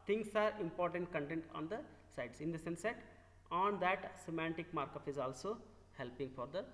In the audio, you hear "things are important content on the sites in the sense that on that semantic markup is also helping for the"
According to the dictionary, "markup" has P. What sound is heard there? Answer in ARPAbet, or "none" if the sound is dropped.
F